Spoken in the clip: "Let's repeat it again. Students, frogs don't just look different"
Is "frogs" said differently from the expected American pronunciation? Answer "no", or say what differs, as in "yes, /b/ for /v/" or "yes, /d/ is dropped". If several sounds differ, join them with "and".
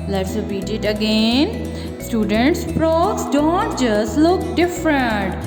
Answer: yes, /p/ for /f/